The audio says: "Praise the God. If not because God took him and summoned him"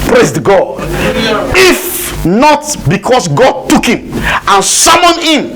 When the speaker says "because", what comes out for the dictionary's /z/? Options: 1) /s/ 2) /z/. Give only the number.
1